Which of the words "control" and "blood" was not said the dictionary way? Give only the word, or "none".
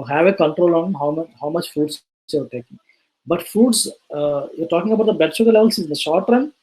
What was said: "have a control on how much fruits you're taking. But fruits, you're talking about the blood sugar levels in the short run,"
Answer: blood